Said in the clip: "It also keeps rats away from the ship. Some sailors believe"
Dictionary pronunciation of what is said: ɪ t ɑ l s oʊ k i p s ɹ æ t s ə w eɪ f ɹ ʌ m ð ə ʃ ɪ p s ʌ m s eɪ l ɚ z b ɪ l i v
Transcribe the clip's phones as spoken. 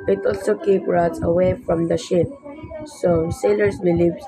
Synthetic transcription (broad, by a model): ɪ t ɑ l s oʊ k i p ɹ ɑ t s ə w eɪ f ɹ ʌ m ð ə ʃ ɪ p s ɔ s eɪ l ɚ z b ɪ l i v